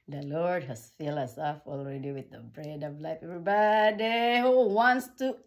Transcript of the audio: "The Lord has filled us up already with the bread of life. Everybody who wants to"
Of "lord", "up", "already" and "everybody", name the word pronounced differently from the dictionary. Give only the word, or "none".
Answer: up